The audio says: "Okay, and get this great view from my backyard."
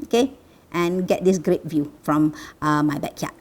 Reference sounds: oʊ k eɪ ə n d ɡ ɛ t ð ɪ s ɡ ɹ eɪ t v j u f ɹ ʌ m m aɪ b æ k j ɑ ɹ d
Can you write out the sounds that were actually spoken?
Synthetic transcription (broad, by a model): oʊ k eɪ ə n ɡ ɛ t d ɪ s ɡ ɹ eɪ t v j u f ɹ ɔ m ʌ aɪ b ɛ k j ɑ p